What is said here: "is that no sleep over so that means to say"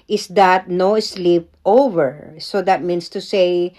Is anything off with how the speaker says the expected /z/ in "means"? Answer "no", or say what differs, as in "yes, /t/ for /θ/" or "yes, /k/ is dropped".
yes, /s/ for /z/